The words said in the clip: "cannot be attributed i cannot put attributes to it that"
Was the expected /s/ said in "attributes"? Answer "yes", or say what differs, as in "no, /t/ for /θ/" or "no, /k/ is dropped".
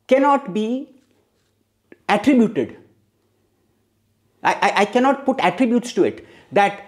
yes